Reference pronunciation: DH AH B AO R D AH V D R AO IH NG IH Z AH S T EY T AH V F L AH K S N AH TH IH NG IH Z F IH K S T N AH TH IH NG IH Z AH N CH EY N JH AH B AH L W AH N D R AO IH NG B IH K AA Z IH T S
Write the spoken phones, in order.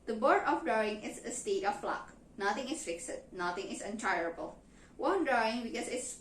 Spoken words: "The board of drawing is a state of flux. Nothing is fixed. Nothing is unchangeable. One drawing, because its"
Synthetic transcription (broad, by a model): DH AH B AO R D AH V D R AO IH NG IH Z AH S T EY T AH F L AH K N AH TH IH NG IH S F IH K S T N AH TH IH NG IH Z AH N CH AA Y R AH B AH L W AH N D R AO IH NG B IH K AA S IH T S